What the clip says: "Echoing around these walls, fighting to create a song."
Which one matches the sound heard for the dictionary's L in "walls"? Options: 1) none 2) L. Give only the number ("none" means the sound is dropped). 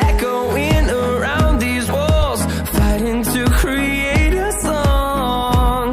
2